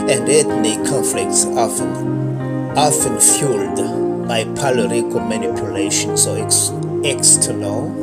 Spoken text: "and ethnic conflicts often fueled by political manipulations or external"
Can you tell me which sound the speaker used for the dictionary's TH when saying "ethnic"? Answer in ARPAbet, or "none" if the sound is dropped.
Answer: T